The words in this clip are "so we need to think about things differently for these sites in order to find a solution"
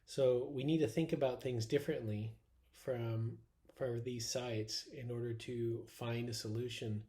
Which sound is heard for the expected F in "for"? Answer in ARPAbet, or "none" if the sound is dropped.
F